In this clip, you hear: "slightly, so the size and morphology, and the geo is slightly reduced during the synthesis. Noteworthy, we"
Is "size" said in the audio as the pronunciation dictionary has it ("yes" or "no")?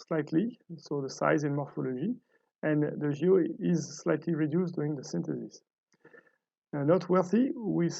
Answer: yes